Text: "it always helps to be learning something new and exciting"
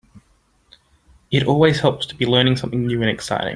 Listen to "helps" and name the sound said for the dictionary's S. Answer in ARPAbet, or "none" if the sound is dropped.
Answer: none